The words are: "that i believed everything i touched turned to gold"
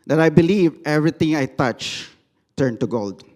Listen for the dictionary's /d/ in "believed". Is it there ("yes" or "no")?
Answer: no